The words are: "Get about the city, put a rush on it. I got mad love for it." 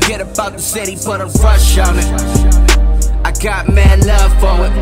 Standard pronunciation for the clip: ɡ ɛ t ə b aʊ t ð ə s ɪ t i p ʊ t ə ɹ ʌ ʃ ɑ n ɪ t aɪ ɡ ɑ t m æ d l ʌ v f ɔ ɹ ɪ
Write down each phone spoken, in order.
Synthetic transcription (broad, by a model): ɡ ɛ t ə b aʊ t ð ə s ɪ t i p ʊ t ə ɹ ʌ ʃ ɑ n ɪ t aɪ ɡ ɑ t m æ d l ʌ v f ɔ w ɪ